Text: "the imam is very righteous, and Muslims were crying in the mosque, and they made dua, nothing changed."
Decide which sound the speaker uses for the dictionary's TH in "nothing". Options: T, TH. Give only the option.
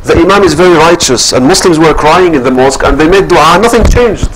TH